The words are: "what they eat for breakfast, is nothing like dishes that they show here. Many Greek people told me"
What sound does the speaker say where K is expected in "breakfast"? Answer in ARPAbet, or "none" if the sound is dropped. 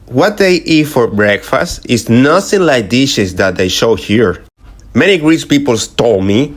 K